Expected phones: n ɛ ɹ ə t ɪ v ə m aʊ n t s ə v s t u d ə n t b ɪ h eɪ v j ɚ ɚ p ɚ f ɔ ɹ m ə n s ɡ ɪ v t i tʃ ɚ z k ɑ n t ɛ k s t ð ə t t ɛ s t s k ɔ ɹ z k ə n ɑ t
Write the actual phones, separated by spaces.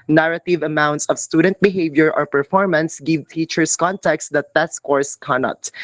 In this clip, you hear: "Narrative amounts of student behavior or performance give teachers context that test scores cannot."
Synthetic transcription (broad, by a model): n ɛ ɹ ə t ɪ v ə m aʊ n t s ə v s t u d ə n t b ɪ h eɪ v j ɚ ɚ p ɚ f ɔ ɹ m ə n s ɡ ɪ v t i tʃ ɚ s k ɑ n t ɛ k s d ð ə t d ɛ t s k ɔ ɹ s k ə n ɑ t